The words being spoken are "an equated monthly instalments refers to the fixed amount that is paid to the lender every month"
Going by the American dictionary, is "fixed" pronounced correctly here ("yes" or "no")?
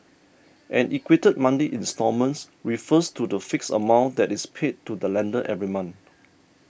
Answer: no